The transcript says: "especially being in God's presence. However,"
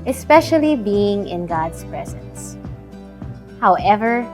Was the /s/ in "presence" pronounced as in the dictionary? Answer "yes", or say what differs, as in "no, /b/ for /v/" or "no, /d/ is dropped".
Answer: yes